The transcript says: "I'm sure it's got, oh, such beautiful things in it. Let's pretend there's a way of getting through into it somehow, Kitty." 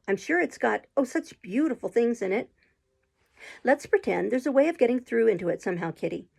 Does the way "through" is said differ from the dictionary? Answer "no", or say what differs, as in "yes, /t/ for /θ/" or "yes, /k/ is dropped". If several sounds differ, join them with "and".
no